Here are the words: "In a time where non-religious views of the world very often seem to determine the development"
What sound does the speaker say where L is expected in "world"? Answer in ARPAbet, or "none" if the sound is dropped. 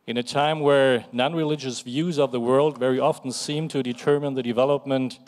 L